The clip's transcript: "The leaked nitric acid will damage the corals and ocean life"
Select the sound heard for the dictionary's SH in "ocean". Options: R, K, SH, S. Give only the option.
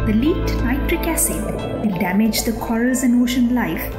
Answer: SH